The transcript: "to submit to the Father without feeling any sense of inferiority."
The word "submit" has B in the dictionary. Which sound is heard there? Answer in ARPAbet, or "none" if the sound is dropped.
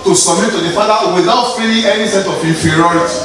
none